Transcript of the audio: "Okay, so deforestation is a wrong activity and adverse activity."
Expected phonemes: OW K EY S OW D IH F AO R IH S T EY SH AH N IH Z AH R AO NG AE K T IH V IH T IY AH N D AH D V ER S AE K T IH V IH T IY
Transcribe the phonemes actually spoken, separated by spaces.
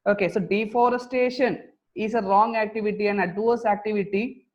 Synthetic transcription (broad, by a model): OW K EY S OW D IH F AO R IH S T EY SH AH N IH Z AH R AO NG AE K T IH V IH T IY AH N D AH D UW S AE K T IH V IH T IY